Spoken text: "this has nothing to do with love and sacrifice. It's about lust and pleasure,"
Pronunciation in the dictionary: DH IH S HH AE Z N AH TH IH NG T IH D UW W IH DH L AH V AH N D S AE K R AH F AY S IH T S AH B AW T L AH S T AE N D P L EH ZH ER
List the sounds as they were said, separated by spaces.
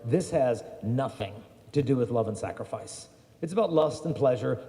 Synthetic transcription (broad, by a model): DH IH S HH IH Z N AH TH IH NG T IH D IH W IH DH L AH V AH N S AE K R AH F AY S IH T S AH B AW T L AH S T N P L EH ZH ER